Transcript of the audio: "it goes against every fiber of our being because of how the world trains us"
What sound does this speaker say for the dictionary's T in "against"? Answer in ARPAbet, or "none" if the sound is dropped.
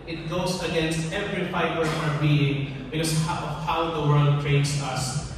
T